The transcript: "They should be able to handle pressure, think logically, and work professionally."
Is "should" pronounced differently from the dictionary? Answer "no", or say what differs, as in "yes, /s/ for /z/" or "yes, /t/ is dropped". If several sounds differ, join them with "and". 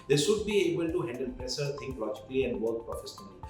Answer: yes, /s/ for /ʃ/